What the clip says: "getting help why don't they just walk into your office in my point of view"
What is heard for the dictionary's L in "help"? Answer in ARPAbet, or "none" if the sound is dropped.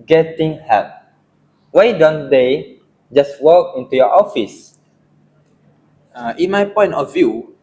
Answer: none